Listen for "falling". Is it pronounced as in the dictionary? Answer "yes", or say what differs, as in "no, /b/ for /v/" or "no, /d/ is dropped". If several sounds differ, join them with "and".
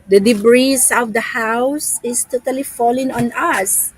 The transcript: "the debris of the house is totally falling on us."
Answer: yes